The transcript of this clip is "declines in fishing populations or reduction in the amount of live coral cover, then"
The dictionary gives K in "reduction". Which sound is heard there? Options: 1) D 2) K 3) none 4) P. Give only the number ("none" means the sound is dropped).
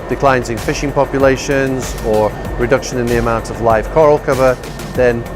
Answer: 2